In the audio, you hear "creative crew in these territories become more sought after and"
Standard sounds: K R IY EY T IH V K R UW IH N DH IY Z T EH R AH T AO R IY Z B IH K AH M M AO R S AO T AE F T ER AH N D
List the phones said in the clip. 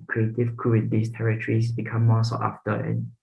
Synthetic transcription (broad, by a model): K R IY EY T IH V K R UW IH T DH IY S T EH R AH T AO R IY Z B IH K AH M M AO S AO T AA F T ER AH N